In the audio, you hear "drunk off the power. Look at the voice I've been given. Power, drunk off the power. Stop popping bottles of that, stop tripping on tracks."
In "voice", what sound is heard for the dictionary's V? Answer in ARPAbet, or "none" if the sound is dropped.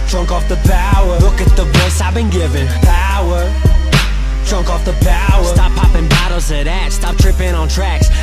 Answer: B